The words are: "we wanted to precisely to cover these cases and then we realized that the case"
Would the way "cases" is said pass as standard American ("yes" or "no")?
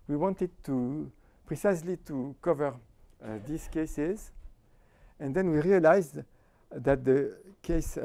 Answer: yes